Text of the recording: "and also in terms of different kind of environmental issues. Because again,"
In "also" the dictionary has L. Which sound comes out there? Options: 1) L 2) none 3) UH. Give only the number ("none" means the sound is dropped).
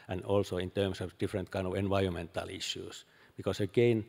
1